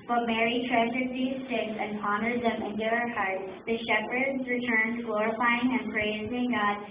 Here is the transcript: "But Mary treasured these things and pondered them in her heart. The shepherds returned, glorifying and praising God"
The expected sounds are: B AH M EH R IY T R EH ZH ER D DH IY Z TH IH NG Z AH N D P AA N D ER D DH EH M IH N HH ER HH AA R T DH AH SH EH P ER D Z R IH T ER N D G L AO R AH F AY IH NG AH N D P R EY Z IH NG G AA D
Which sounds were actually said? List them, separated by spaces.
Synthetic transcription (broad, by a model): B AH M EH R IY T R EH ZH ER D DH IY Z T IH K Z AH N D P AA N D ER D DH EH M IH N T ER HH AA R T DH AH SH EH P ER D Z R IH T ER N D G L AO R AH F AY IH NG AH N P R EY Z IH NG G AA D